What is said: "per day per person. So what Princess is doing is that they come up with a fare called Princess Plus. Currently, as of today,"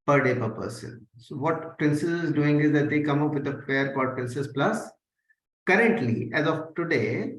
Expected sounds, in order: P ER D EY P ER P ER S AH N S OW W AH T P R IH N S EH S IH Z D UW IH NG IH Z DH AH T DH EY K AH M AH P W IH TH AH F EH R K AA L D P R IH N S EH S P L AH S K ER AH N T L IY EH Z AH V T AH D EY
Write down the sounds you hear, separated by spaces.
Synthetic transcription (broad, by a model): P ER D EY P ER P ER S AH N S OW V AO T P R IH N S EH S IH Z D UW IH NG IH Z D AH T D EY K AH M AH P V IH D AH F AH R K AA D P R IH N S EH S P L AH S K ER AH N T L IY EH Z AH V T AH D EY